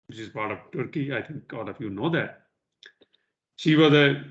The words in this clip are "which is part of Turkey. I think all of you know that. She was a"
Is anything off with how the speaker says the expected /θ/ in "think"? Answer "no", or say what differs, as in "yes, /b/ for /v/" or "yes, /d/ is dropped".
yes, /t/ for /θ/